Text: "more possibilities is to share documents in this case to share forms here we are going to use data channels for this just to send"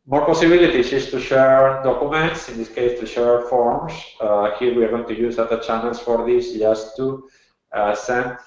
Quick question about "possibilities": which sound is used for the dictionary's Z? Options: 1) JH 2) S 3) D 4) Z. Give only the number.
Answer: 2